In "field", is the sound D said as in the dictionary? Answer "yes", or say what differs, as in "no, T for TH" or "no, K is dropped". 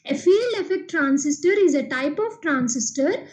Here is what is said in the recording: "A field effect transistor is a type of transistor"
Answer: no, D is dropped